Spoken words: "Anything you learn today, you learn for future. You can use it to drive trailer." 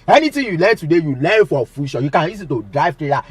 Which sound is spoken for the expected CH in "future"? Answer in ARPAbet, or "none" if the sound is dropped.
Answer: SH